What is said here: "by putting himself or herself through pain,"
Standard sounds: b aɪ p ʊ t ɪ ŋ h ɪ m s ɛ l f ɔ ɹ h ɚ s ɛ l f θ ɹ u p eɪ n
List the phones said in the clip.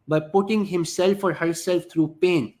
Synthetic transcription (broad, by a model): b aɪ p ʊ t ɪ ŋ h ɪ m s ɛ l f ɔ ɹ h ɚ s ɛ l f t ɹ u p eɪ n